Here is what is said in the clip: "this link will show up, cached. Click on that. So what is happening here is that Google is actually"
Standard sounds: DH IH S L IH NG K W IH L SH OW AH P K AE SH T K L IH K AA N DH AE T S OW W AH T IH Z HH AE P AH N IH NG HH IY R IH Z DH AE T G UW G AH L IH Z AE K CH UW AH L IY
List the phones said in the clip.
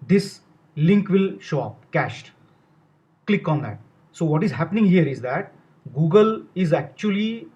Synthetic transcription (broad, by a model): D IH S L IH NG K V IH L SH OW AH P K AE SH T K L IH K AA N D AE T S OW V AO T IH Z HH AE P AH N IH NG HH IY R IH Z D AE T G UW G AH L IH Z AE K CH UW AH L IY